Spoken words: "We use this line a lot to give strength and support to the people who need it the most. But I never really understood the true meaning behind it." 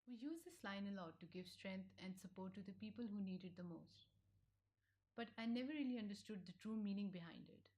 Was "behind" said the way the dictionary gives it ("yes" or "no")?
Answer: yes